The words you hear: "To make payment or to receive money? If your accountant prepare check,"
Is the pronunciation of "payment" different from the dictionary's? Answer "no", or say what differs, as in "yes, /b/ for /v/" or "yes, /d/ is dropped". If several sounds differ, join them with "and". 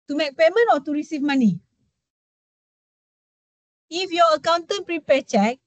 yes, /t/ is dropped